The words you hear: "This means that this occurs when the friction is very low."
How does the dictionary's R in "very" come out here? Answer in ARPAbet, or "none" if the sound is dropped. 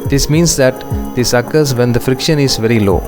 R